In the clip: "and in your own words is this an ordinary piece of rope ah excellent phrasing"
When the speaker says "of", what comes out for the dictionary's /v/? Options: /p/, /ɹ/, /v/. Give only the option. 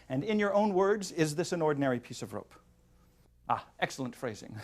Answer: /v/